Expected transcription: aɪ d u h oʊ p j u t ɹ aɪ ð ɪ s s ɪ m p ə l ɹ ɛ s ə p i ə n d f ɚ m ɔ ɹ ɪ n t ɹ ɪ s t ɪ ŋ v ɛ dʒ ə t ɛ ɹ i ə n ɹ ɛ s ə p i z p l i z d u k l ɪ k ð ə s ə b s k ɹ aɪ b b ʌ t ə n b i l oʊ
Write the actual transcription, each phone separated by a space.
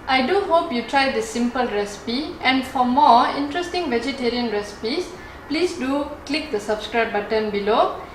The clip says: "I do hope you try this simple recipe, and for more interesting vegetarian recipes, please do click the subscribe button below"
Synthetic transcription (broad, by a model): aɪ d u h oʊ p j u t ɹ aɪ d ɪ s s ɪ m p ə l ɹ ɛ s ə p i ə n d f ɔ m ɔ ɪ n t ɹ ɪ s t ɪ ŋ v ɛ dʒ ə t ɛ ɹ i ə n ɹ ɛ s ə p i s p l i s d u k l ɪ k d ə s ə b s k ɹ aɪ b b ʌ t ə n b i l oʊ